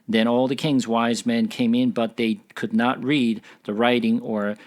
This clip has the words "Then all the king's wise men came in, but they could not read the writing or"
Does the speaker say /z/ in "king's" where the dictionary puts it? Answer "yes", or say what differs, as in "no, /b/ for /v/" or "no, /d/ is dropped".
yes